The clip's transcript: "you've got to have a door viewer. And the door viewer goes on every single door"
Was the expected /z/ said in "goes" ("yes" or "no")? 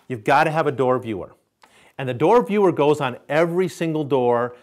yes